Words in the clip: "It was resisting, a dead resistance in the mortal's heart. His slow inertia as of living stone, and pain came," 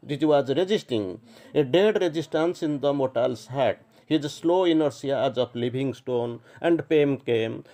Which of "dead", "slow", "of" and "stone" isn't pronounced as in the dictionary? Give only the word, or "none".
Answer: of